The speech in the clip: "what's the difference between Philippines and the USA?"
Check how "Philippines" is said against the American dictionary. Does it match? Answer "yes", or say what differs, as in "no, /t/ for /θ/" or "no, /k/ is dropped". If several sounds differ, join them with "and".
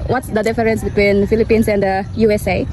no, /s/ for /z/